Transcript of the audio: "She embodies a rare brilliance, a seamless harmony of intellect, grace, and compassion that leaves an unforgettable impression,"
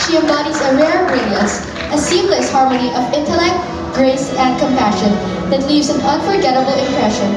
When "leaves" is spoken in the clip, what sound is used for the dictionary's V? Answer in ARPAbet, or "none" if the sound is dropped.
V